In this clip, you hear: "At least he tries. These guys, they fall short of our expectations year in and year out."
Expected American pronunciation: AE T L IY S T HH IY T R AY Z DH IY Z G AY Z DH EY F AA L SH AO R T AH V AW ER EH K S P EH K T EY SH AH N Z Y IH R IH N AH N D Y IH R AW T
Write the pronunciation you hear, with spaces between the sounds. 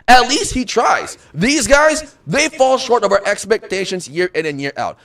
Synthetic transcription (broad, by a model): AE T L IY S T HH IY T R AY Z DH IY Z G AY Z DH EY F AA L SH AO R T AH V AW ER EH K S P EH K T EY SH AH N Z Y IH R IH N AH N Y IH R AW T